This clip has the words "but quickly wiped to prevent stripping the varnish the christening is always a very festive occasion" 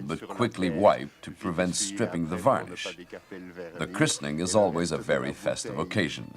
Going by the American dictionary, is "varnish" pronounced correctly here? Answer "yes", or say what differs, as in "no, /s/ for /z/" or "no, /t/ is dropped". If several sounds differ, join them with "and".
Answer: yes